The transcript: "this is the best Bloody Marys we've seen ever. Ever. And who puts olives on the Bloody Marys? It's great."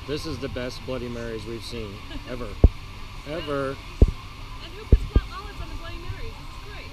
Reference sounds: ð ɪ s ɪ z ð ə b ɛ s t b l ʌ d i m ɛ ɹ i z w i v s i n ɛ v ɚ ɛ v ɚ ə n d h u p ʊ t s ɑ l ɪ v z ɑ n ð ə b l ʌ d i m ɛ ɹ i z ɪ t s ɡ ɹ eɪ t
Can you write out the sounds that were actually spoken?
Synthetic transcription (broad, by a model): ð ɪ s ɪ z ð ə b ɛ s t b l ʌ d i m ɛ ɹ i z w i v s i n ɛ v ɚ ɛ v ɚ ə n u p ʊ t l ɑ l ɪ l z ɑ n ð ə b l ʌ d i m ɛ ɹ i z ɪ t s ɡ ɹ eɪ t